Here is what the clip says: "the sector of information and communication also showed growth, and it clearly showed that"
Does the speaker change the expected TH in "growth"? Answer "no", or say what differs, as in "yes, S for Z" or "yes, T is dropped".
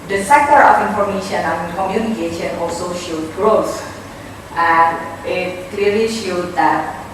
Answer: yes, S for TH